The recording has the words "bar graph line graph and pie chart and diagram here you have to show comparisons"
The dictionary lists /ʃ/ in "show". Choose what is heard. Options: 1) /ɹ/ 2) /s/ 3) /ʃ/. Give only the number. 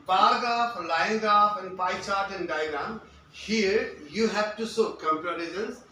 2